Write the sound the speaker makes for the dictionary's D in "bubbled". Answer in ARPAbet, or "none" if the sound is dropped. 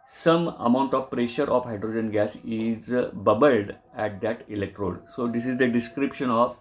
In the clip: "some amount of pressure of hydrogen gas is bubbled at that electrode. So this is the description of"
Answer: D